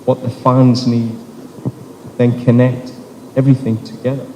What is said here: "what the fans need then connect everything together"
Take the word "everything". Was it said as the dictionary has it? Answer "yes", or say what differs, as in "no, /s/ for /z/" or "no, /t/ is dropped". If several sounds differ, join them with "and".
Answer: yes